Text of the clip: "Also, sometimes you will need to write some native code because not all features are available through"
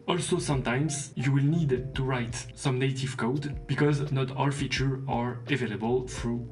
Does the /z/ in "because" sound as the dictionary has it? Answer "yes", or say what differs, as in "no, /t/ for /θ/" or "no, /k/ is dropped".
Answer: yes